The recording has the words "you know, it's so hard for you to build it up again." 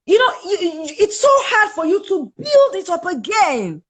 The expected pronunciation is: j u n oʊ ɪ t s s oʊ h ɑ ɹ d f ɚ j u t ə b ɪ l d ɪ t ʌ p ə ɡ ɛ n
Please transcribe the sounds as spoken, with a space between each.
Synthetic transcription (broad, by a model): j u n oʊ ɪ t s s oʊ h ɑ ɹ d f ɚ j u t ə b ɪ l d ɪ t ʌ p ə ɡ ɛ n